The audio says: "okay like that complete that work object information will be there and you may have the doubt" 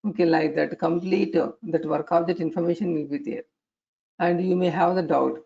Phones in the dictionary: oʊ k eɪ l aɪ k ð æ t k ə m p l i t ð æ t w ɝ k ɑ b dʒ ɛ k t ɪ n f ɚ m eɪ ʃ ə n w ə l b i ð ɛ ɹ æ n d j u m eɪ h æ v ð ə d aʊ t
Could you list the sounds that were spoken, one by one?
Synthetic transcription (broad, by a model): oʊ k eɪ l aɪ k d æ t k ə m p l i t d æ t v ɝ k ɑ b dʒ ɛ t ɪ n f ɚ m eɪ ʃ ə n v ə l b i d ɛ ɹ æ n d j u m eɪ h æ v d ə d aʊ t